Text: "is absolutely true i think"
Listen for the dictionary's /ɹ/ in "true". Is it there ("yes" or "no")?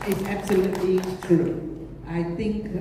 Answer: no